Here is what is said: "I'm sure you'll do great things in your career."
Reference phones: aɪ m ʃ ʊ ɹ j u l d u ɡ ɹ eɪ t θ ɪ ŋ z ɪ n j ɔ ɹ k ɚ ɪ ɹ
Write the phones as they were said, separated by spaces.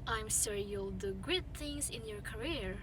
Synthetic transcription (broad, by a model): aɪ m s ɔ ɹ j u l d u ɡ ʊ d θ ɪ ŋ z ɪ n j ɔ ɹ k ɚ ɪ ɹ